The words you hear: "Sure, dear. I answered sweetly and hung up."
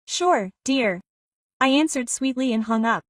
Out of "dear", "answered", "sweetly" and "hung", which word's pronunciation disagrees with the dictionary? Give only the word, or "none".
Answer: none